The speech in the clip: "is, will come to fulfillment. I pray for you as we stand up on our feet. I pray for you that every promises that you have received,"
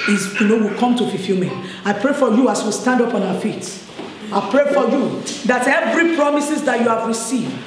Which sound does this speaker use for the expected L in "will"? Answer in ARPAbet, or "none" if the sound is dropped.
W